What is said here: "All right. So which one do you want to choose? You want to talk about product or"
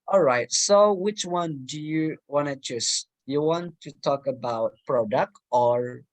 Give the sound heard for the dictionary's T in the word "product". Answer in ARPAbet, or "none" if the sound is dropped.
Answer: T